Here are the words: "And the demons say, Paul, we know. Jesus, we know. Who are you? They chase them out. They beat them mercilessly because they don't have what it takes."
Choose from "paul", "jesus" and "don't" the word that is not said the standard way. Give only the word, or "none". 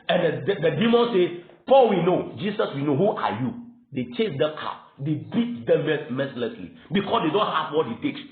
jesus